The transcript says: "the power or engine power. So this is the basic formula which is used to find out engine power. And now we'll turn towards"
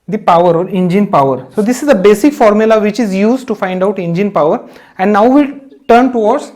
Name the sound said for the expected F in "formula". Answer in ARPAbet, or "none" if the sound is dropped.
F